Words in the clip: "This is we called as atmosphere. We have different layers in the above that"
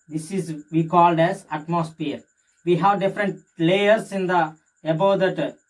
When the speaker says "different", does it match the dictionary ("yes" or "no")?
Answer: yes